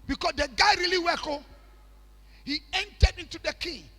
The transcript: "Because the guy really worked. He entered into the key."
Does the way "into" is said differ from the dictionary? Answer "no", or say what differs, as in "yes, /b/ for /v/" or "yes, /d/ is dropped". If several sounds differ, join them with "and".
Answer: no